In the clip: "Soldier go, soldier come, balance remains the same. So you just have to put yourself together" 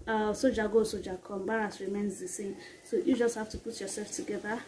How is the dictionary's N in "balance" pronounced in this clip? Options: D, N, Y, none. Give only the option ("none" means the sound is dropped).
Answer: none